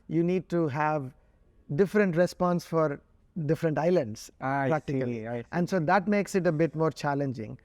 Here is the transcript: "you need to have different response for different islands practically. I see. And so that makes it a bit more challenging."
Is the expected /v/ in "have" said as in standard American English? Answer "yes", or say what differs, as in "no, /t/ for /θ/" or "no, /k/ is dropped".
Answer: yes